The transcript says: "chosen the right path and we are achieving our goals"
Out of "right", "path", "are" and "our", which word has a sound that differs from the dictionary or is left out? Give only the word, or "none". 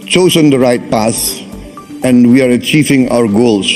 path